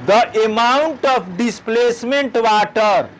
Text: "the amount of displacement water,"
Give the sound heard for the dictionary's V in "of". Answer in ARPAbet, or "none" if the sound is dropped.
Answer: P